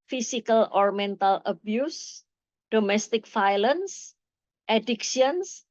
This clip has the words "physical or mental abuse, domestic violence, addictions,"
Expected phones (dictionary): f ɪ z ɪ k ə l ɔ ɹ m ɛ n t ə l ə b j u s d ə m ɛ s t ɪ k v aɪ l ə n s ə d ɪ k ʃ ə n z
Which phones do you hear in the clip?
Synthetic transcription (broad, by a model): f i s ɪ k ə l ɔ ɹ m ɛ n t ə l ə b j u s d ə m ɛ s t ɪ k f aɪ l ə n s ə d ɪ k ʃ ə n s